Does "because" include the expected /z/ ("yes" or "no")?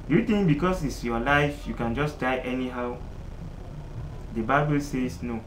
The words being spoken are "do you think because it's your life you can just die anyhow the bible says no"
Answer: no